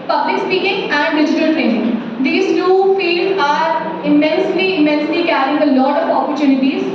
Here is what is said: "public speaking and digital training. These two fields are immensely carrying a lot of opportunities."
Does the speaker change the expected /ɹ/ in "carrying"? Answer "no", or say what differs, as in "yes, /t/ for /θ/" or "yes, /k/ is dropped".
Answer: yes, /l/ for /ɹ/